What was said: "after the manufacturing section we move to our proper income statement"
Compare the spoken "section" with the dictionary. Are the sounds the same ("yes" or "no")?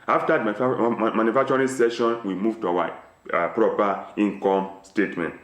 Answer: no